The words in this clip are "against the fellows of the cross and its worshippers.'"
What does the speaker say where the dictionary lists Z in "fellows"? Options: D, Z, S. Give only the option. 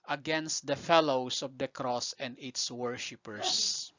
S